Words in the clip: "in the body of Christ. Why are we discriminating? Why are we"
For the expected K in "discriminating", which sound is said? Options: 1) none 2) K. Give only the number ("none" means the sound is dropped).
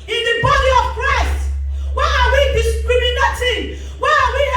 1